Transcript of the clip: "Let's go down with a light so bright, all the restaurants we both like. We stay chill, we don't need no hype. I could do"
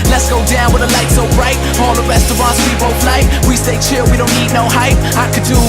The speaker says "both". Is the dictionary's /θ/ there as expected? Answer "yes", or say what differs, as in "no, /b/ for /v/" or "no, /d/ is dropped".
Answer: no, /f/ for /θ/